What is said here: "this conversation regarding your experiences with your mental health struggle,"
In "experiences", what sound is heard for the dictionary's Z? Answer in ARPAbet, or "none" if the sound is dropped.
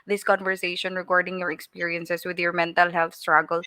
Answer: S